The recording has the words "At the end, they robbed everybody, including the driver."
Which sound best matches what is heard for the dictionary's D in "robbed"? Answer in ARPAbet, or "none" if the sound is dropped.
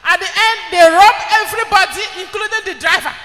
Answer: none